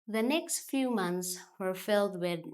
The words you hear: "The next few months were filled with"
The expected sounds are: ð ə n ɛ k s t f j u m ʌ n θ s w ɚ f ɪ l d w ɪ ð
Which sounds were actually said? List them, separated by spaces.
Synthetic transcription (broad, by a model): ð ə n ɛ k s t f j u m ʌ n θ s w ɚ f ɪ l d w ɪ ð